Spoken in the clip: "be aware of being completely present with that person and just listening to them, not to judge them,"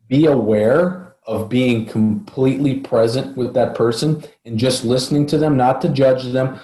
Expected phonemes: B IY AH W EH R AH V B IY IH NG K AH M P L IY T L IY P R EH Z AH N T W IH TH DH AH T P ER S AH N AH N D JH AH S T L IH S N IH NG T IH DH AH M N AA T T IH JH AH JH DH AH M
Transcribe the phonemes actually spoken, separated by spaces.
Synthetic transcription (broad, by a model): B IY AH W EH R AH V B IY IH NG K AH M P L IY T L IY P R EH Z AH N T W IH DH AH T P ER S AH N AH N JH AH S T L IH S N IH NG T IH DH AH M N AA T T IH JH AH JH DH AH M